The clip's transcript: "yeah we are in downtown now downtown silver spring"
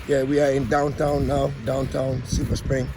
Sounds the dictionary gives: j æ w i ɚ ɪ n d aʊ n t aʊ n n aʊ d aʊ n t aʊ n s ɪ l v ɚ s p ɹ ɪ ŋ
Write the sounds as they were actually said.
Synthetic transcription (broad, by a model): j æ w i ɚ ɪ n d aʊ n t aʊ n n aʊ d aʊ n t aʊ n s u v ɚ s p ɹ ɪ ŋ